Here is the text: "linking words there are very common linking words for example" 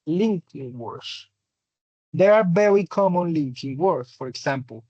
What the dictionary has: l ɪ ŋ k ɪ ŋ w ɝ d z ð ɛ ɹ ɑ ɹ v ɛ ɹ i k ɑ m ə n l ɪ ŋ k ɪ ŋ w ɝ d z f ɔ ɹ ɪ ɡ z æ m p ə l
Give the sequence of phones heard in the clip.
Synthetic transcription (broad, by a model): l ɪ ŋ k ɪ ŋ w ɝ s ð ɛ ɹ ɑ ɹ b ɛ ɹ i k ɑ m ə n l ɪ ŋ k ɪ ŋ w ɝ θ f ɔ ɹ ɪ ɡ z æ m p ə l